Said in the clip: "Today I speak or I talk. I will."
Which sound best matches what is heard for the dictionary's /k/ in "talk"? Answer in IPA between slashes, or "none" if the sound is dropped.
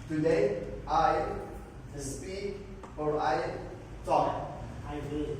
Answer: none